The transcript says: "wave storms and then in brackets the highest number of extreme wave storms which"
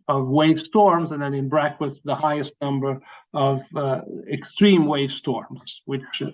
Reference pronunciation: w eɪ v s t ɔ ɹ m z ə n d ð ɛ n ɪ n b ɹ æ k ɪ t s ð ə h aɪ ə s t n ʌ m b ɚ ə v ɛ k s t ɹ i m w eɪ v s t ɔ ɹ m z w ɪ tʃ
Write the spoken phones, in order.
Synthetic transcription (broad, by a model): w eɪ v s t ɔ ɹ m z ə n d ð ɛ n ɪ n b ɹ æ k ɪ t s ð ə h aɪ ə s t n ʌ m b ɚ ə v ɛ k s t ɹ i m w eɪ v s t ɔ ɹ m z w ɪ tʃ